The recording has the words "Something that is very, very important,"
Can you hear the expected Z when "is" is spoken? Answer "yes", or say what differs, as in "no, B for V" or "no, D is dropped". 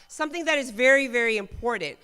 yes